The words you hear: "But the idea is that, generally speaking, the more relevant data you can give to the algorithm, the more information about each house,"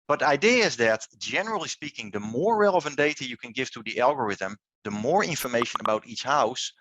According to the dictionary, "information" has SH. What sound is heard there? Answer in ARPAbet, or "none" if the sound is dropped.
SH